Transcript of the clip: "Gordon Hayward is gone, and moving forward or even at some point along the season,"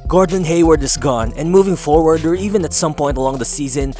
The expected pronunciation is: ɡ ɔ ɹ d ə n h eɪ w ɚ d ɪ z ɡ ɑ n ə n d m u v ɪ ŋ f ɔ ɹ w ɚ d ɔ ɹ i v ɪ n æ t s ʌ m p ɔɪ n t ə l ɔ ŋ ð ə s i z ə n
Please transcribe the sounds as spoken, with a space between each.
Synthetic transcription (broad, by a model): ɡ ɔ ɹ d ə n h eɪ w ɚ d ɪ s ɡ ɑ n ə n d m u v ɪ ŋ f ɔ ɹ w ɚ d ɔ ɹ i v ɪ n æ t s ʌ m p ɔɪ n t ə l ɔ ŋ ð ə s i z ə n